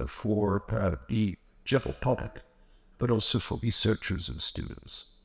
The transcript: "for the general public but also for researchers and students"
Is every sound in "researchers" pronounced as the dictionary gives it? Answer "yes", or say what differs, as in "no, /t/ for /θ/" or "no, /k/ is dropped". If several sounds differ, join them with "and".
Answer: yes